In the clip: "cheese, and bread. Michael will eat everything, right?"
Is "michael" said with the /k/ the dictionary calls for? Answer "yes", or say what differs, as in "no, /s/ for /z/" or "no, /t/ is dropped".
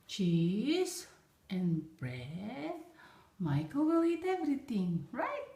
yes